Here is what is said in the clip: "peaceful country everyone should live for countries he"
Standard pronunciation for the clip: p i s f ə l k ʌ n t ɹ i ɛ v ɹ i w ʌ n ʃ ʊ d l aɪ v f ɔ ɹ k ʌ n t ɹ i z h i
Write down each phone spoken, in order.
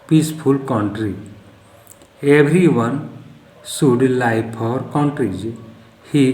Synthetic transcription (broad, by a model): p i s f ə l k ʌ n t ɹ i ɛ b ɹ i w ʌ n s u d l aɪ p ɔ ɹ k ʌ n t ɹ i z h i